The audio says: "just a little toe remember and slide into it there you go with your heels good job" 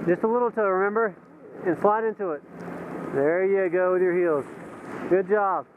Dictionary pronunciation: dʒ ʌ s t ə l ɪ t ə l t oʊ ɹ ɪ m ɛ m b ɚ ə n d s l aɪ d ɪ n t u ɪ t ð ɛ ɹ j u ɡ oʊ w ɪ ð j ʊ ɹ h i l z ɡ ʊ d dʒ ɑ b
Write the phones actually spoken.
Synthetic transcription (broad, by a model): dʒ ʌ s t ə l ɪ t l t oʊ ɹ ɪ m ɛ m b ɚ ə n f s l aɪ d ɪ n t u ɪ t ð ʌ ɹ j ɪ ɡ oʊ w ɪ ð j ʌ ɹ h i l z ɡ ʊ d dʒ ɑ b